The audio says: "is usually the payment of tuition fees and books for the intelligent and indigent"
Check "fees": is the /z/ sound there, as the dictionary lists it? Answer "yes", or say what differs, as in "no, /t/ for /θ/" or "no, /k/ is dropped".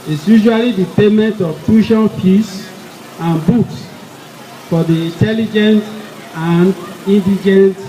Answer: no, /s/ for /z/